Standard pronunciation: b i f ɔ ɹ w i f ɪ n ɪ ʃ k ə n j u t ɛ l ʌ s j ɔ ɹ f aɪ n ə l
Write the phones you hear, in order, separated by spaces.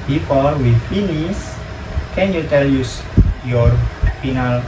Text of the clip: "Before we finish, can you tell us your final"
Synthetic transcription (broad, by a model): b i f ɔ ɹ w i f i n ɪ s k ə n j u t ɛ l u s j ɔ ɹ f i n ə l